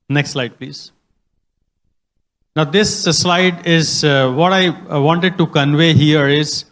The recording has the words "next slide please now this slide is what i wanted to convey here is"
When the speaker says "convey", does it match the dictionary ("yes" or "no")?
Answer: yes